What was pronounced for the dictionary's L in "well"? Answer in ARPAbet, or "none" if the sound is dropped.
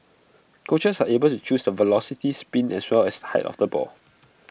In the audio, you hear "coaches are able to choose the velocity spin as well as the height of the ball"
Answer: L